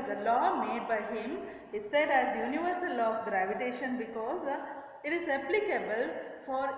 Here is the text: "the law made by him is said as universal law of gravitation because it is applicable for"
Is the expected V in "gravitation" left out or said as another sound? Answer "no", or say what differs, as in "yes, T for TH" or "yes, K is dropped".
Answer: no